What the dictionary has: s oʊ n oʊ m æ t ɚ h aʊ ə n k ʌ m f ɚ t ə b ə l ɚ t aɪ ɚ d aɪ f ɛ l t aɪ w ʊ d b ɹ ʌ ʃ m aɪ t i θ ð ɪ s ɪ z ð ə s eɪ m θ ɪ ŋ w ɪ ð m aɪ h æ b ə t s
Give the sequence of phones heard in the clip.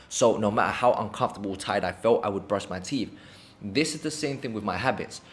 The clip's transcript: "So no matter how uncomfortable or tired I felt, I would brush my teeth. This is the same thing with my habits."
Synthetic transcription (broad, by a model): s oʊ n oʊ m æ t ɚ h aʊ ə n k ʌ m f t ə b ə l t aɪ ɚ d aɪ f ɛ l t aɪ w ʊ d b ɹ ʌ s m aɪ t i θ ð ɪ s ɪ z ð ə s eɪ m θ ɪ ŋ w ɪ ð m aɪ h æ b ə t s